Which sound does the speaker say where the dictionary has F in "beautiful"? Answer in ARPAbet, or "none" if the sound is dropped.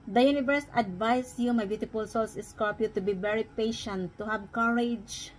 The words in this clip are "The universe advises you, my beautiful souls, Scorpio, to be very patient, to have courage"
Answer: P